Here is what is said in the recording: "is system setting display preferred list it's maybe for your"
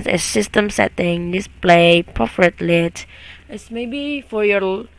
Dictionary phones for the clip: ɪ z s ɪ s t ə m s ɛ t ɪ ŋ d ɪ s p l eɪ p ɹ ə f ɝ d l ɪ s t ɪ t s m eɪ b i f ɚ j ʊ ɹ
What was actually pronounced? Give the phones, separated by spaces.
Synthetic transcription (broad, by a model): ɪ s ɪ s t ə m s ɛ t ɪ ŋ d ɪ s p l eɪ p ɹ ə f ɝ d l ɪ t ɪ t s m eɪ b i f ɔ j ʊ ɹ